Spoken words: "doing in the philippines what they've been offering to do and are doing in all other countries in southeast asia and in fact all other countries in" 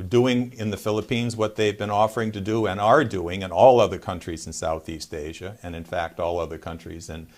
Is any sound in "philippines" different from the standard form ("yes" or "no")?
no